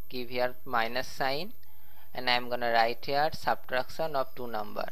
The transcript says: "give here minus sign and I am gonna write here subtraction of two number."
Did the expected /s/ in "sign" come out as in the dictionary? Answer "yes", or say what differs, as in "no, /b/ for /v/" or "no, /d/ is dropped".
yes